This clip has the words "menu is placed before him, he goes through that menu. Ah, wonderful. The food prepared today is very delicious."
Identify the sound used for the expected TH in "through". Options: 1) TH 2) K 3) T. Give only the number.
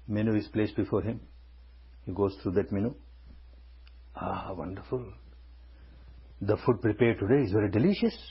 3